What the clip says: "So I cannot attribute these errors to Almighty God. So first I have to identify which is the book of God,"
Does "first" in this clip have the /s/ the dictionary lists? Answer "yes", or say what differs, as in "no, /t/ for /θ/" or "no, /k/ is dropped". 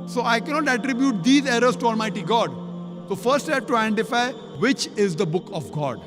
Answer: yes